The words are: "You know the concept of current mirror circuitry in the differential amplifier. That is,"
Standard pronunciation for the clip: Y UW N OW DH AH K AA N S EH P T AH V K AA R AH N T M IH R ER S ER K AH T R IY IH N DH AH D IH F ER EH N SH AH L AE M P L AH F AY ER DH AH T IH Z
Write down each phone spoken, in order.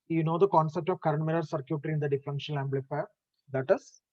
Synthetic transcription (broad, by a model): Y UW N OW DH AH K AA N S EH P T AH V K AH R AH N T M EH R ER S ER K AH T R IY IH N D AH D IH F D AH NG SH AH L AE M B L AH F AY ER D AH T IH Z